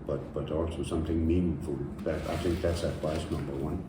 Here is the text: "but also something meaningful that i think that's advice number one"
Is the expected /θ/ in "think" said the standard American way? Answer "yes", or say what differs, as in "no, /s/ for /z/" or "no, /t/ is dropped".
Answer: yes